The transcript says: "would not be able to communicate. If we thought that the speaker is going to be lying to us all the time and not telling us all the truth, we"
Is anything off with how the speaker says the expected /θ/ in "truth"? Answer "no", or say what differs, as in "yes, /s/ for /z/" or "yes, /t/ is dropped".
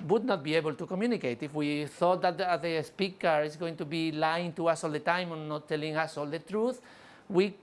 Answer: no